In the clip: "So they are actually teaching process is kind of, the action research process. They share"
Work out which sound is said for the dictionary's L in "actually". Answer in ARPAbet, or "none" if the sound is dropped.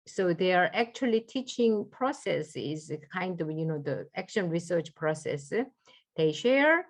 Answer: L